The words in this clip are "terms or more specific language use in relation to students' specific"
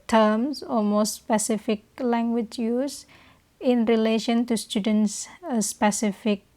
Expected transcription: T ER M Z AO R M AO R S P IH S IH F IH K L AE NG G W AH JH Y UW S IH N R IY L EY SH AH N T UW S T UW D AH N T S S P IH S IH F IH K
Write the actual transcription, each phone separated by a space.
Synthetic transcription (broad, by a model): T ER M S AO L M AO S P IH S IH F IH K L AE NG G W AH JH Y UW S IH N R IY L EY SH AH N T UW S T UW D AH N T S S P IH S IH F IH K